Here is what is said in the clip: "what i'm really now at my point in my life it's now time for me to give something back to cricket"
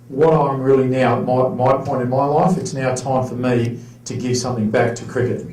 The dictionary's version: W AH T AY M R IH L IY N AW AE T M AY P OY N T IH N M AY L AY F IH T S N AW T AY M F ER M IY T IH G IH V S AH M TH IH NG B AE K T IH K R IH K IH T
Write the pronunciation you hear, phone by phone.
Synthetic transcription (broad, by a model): W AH T AY M R IH L IY N AW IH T M AY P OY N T IH N M AY L AY F IH T S N AW T AY M F ER M IY T IH G IH V S AH M TH IH NG B AE K T IH K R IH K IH T